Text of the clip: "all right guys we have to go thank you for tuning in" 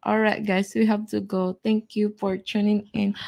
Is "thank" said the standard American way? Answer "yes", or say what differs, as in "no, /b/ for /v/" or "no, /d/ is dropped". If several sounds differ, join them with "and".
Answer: no, /t/ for /θ/